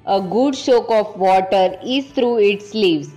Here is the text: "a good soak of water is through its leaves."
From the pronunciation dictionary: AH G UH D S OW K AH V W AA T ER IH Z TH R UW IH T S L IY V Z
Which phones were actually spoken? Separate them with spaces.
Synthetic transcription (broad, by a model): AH G UH D SH OW K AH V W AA T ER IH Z T R UW IH T S L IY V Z